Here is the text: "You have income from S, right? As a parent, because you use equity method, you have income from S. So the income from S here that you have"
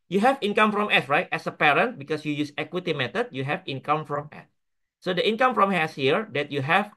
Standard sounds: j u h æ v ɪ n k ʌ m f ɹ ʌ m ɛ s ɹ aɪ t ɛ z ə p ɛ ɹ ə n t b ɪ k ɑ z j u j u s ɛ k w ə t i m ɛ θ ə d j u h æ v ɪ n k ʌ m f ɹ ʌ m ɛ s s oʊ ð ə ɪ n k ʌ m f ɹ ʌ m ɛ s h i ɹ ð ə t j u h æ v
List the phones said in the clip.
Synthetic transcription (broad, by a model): j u h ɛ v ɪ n k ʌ m f ɹ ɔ m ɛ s ɹ aɪ t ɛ s ə p ɛ ɹ ə n t b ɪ k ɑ s j u j u s ɛ k w ə t i m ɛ t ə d j u h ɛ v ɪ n k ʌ m f ɹ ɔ m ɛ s s oʊ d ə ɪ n k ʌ m f ɹ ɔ m ɛ s h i ɹ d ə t j u h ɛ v